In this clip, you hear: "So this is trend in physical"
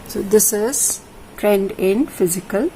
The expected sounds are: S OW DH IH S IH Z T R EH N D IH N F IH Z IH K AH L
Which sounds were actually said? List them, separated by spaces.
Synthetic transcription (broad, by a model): S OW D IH S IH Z T R EH N D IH N F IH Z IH K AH L